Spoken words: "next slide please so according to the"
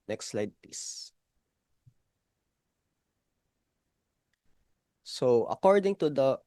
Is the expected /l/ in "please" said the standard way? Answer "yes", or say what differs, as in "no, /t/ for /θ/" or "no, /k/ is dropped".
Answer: no, /l/ is dropped